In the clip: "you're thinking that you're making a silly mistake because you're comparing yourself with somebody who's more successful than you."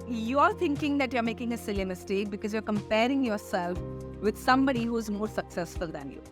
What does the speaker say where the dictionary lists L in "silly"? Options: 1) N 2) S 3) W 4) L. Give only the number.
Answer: 4